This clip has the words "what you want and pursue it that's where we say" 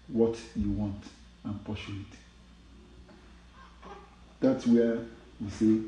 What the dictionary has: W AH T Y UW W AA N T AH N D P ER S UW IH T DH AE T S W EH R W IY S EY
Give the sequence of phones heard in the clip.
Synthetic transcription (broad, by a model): W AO T Y UW W AA N T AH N P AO SH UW IH T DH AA T S W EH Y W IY S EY